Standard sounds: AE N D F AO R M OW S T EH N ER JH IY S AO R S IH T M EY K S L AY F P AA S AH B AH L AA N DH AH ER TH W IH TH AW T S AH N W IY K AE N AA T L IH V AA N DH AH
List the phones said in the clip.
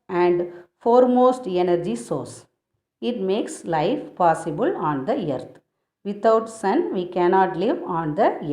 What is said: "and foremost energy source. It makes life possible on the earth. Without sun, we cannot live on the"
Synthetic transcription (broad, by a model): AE N D F AO R M OW S T EH N ER JH IY S AO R S IH T M EY K S L AY F P AA S AH B AH L AA N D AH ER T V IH T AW T S AH N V IY K AE N AA T L IH V AA N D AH